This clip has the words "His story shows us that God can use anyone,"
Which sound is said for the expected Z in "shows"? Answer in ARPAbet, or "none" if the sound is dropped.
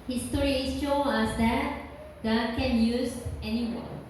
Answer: none